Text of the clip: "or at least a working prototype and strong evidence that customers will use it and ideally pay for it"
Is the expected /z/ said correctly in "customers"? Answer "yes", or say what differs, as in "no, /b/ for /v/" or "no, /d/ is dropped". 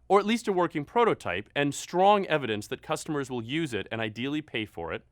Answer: yes